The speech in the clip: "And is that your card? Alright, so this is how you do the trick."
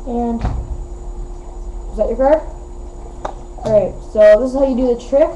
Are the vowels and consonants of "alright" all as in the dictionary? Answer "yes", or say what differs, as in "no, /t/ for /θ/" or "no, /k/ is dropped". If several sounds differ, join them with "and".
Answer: no, /l/ is dropped